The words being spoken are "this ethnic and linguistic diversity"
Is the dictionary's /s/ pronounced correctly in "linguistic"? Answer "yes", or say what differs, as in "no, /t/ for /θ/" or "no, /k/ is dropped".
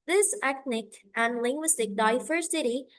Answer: yes